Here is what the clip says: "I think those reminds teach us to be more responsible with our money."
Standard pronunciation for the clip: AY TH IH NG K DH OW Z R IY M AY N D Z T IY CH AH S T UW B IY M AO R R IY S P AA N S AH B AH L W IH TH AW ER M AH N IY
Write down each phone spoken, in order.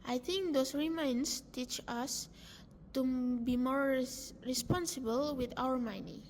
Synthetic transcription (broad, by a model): AY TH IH NG K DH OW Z R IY M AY N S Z T IY CH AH S T UW B IY M AO R R IY S P AA N S AH B AH L W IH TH AW ER M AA N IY